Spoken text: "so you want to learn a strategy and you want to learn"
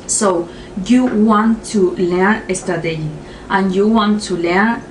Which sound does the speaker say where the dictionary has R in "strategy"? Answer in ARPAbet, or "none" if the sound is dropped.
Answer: none